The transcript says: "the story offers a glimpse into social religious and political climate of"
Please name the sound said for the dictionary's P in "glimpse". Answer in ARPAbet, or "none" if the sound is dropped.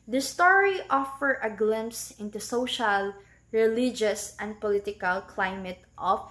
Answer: P